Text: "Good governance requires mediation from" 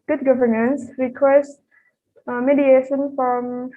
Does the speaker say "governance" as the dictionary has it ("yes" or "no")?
yes